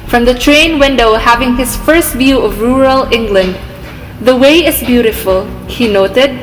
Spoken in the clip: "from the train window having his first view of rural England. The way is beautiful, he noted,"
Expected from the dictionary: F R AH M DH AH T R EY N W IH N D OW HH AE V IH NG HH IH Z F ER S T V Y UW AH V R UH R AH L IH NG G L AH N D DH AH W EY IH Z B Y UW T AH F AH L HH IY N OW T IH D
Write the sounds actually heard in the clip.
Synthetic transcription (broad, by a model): F R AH M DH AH T R EY N W IH N D OW HH AE V IH NG HH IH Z F ER S T V Y UW AH V R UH R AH L IH NG G L AH N D DH AH W EY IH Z B Y UW T AH F AH L HH IY N OW T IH D